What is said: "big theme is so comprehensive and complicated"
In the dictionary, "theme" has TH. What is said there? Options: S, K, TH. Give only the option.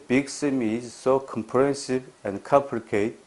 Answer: S